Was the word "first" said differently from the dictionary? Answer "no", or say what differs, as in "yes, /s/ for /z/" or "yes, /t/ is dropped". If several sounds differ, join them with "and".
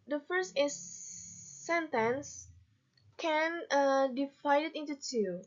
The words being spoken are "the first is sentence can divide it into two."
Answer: no